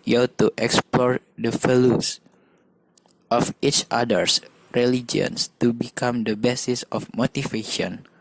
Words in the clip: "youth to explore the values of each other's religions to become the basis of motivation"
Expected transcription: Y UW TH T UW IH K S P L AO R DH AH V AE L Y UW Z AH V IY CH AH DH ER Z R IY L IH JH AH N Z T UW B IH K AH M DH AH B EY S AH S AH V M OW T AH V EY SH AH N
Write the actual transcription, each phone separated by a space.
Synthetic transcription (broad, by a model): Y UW T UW IH K S P L AO R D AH F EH L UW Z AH F IY CH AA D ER S R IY L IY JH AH N S T UW B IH K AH M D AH B EY S AH S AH F M OW T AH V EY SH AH N